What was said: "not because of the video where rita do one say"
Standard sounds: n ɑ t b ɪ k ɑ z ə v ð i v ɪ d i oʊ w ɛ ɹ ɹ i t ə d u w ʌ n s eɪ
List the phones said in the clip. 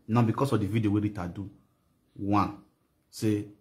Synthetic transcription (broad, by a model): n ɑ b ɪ k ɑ s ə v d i v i d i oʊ w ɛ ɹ ɹ i t ə d u w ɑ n s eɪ